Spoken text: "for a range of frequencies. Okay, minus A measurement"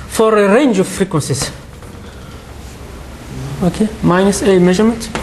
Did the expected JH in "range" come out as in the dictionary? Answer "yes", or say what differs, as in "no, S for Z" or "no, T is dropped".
yes